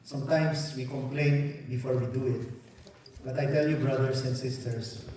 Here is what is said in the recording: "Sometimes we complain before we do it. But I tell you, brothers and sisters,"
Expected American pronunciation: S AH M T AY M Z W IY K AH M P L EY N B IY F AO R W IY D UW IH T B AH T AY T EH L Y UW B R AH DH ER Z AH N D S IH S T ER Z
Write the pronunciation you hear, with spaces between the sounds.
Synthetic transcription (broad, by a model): S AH M T AY M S W IY K AH M P L EY N B IY F AO R W IY D UW IH T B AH T AY T EH L Y UW B R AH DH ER S AH N D S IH S T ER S